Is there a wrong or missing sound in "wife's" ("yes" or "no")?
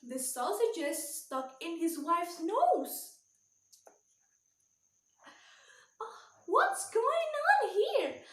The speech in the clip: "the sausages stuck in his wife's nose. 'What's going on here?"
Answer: no